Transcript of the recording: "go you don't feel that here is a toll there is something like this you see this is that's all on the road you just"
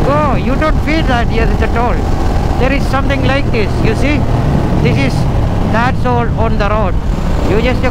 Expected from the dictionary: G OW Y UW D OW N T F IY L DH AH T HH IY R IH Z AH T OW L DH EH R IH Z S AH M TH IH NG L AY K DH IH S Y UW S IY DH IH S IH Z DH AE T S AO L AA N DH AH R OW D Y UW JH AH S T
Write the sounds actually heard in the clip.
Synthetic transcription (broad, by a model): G OW Y UW D OW N T F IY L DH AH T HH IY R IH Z AH T OW L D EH R IH Z S AH M T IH NG L AY K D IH S Y UW S IY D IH S IH Z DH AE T S AO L AA N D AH R OW D Y UW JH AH S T